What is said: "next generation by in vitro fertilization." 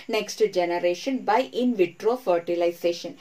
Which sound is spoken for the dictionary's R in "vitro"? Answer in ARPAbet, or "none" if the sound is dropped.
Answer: R